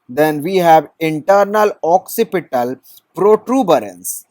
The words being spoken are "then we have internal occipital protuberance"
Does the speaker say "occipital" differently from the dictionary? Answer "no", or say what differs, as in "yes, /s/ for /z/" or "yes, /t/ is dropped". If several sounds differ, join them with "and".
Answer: no